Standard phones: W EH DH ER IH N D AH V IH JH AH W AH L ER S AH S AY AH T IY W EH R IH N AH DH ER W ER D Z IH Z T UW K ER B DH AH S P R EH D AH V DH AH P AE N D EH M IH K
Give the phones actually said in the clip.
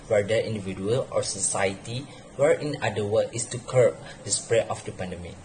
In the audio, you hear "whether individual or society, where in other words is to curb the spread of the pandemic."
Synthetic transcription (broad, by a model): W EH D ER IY N D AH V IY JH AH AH L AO S AH S AY AH T IY W EH R IH N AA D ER W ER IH S T UW K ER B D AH S P R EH AH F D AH P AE N D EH M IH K